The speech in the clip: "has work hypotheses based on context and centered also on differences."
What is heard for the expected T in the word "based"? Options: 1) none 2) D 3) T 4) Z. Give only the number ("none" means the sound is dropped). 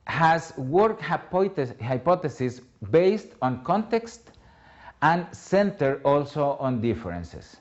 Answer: 3